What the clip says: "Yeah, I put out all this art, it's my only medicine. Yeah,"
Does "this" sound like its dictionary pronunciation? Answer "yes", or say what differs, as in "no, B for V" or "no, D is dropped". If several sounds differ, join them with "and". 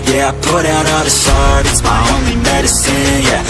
no, SH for S